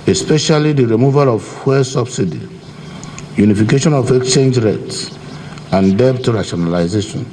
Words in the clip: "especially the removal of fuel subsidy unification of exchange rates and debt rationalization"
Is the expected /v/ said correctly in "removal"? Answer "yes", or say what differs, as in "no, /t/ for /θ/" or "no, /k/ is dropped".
yes